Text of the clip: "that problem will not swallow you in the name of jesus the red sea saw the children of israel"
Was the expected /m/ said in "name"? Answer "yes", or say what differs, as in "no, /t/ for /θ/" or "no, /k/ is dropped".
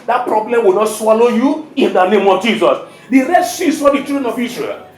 yes